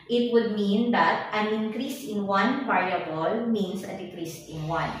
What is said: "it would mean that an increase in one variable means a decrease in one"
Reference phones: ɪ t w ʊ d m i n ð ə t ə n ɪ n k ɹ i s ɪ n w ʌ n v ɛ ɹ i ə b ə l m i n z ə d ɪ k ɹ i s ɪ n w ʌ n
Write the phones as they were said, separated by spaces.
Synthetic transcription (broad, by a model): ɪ t w ʊ d m i n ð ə t ə n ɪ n k ɹ i s ɪ n w ʌ n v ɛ ɹ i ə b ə l m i n s ə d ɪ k ɹ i s ɪ n w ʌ n